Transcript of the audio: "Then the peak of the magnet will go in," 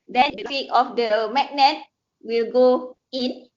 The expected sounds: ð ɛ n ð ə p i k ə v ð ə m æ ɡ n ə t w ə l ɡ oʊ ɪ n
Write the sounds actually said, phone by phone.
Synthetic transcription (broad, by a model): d ɛ n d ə f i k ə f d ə m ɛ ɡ n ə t w ə l ɡ oʊ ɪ n